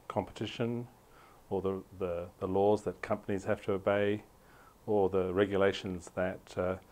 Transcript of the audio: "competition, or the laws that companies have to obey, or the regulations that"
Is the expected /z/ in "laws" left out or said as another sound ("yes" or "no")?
no